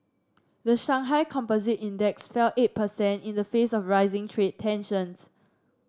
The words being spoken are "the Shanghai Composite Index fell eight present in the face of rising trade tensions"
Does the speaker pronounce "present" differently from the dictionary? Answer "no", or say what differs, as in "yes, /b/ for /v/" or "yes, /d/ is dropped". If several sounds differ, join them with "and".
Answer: yes, /ɹ/ is dropped and /s/ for /z/